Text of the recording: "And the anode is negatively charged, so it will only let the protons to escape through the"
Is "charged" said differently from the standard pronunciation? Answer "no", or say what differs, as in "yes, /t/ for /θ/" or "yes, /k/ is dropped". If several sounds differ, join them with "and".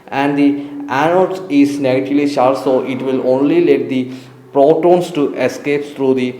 yes, /ʃ/ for /tʃ/